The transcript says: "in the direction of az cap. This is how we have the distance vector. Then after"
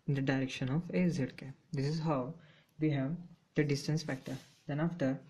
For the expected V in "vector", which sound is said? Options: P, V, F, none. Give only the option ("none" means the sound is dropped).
F